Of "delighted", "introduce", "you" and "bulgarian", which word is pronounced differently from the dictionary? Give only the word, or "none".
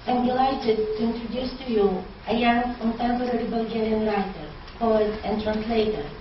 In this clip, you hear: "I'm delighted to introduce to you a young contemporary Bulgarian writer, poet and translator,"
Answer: none